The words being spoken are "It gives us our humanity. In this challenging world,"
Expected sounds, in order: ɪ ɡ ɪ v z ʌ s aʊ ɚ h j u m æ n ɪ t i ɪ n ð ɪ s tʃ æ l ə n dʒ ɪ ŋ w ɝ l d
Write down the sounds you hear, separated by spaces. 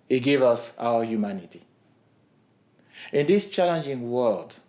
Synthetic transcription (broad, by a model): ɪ ɡ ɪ v ʌ s aʊ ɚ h j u m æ n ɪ t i ɪ n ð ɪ s tʃ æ l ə n dʒ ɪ ŋ w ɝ l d